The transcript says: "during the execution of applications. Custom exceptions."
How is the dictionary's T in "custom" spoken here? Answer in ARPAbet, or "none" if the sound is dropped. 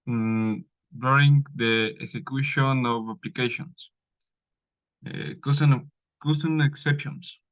S